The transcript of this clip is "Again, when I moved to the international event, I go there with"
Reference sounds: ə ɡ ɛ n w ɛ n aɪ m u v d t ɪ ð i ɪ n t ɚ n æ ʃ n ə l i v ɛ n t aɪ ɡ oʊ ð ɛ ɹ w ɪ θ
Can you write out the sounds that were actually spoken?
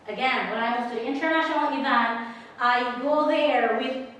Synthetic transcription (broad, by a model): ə ɡ ɛ n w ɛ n aɪ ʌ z t ɪ ð i ɪ n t ɚ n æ ʃ n l i v ɛ n t aɪ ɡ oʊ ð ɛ ɹ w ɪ